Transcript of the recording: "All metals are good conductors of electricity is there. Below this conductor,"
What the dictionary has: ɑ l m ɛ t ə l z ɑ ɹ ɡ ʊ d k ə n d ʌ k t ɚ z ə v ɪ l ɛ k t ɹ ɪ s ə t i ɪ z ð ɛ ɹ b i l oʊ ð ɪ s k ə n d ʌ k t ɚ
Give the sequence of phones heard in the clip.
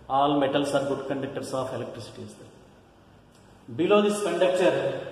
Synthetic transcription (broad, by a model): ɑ l m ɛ t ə l s ɑ ɹ ɡ ʊ d k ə n d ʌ k t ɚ s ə f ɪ l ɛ k t ɹ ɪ s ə t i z b i l oʊ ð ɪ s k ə n d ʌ k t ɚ